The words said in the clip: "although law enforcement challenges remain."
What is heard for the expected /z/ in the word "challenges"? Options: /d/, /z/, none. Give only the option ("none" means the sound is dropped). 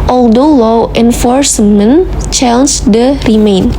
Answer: none